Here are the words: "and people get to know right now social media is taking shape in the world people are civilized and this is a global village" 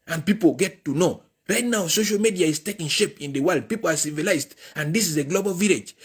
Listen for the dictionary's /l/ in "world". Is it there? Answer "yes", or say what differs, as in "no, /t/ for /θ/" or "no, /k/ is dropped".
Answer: yes